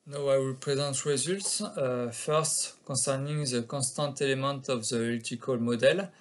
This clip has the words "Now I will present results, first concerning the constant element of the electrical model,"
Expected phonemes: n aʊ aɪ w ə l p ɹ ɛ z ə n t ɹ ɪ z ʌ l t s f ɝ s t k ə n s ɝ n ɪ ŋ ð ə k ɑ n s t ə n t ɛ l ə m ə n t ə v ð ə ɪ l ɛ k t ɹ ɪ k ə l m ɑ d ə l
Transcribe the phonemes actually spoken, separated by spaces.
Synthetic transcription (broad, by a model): n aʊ aɪ w ə l p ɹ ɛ z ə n t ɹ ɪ z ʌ l t s f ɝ s t k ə s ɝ n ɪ ŋ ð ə k ɑ s t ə t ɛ l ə m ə t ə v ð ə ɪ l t ɪ k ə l m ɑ d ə l